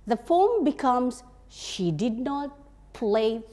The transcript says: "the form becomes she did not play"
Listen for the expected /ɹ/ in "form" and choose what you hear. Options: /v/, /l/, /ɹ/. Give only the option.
/l/